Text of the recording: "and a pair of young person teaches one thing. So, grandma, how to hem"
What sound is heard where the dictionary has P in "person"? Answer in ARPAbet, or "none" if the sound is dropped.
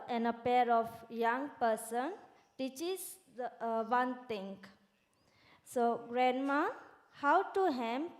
P